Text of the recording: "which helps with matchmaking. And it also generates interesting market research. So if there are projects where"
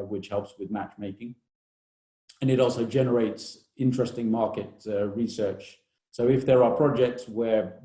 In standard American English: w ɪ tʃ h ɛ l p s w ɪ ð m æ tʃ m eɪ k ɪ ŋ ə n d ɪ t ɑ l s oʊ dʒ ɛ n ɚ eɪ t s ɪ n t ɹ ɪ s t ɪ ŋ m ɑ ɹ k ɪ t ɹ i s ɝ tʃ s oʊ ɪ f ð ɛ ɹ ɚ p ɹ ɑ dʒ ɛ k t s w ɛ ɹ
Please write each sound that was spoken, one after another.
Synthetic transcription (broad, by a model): w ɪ tʃ h ɛ l p s w ɪ ð m æ tʃ m eɪ k ɪ ŋ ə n ɪ t ɑ l s oʊ dʒ ɛ n ɚ eɪ t s ɪ n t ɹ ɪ s t ɪ ŋ m ɑ ɹ k ɪ t ɹ i s ɝ tʃ s oʊ ɪ f ð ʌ ɹ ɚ p ɹ ɑ dʒ ɛ k t s w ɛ ɹ